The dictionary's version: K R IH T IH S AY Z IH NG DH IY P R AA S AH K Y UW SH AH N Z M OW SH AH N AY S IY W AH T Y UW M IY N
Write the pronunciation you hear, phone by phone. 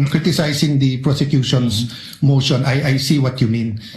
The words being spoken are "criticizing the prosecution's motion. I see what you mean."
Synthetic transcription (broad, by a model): K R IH T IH S AY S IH NG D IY P R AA S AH K Y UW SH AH N S M OW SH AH N AY S IY W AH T Y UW M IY N